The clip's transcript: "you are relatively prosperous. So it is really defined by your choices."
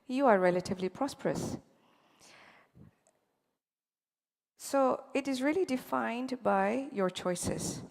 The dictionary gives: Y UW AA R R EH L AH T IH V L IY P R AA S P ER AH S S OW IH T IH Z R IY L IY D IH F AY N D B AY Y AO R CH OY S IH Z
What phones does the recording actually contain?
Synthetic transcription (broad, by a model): Y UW AA R R EH L AH T IH V L IY P R AA S P ER AH S S OW IH T IH Z R IY L IY D IH F AY N D B AY Y AO R CH OY S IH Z